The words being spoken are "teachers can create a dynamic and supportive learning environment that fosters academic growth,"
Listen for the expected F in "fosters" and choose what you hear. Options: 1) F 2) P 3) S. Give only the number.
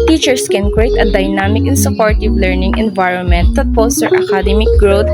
2